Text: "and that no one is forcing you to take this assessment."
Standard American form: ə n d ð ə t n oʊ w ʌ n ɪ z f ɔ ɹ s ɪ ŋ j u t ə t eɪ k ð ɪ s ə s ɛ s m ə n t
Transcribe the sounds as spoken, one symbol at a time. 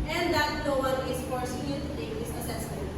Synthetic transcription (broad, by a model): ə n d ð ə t l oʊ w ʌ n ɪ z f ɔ ɹ s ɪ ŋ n t ə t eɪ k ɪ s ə s ɛ s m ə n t